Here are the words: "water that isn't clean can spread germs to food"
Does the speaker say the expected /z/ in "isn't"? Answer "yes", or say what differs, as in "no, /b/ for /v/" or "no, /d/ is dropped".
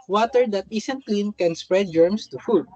no, /s/ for /z/